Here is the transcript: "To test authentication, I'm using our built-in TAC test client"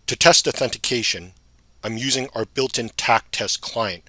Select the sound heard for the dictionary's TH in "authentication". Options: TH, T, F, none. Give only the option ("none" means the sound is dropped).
TH